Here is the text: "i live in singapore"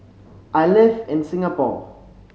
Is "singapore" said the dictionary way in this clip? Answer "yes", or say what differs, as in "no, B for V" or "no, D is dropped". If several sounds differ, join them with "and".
no, L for R